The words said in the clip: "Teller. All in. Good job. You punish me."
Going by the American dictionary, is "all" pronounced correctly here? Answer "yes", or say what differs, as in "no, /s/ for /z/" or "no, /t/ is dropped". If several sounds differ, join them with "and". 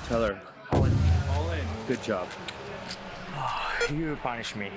no, /n/ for /l/